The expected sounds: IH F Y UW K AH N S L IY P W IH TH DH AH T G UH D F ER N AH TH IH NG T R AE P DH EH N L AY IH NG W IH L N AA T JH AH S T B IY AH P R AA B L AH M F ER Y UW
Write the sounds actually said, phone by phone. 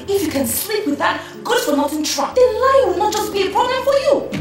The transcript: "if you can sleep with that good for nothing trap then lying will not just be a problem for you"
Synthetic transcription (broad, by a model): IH F Y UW K AH N S L IY P W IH DH AH T G UH D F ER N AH T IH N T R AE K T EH L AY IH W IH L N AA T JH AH S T B IY AH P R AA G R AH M F ER Y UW